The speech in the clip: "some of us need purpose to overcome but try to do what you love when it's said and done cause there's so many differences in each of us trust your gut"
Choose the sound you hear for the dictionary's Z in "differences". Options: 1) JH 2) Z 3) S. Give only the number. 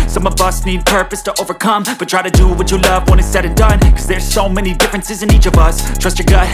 2